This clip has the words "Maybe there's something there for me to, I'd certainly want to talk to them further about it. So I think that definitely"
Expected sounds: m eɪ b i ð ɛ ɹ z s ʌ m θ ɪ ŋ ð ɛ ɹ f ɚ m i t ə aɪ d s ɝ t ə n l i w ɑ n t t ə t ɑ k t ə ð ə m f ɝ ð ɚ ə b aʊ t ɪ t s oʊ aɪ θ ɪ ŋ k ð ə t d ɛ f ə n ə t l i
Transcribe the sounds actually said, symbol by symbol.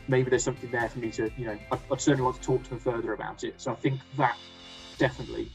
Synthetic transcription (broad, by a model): m eɪ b i ð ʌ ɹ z s ʌ m θ ɪ ŋ ð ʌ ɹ f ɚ m i t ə aɪ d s ɝ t n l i w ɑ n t t ə t ɑ k t ə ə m f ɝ ð ɚ ə b aʊ t ɪ t s oʊ aɪ θ ɪ ŋ k ð ə t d ɛ f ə n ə t l i